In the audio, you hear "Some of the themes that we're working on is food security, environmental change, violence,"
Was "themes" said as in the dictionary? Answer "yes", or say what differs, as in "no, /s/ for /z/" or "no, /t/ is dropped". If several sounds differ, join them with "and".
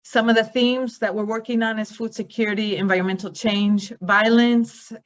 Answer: yes